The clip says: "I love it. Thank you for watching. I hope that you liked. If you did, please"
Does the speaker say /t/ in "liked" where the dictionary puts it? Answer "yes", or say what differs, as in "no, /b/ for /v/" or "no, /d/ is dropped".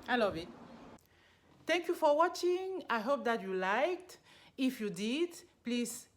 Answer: yes